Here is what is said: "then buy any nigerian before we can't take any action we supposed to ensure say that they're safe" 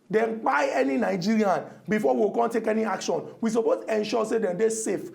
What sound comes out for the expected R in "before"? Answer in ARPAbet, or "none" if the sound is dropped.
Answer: W